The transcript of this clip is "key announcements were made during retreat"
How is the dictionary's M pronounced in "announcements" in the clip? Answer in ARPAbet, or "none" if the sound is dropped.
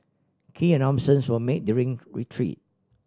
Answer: none